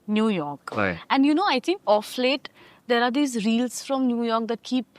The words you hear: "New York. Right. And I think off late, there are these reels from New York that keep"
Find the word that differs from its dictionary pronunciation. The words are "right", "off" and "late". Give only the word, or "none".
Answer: right